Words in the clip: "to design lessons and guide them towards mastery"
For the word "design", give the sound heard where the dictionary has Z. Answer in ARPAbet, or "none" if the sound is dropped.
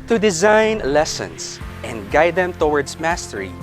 Z